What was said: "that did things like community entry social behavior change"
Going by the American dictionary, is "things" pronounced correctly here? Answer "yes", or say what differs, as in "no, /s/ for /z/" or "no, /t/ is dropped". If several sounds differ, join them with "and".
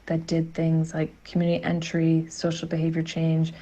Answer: yes